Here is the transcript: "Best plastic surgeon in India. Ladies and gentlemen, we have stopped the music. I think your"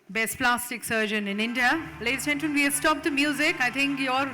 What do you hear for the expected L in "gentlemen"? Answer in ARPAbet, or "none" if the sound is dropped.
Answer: none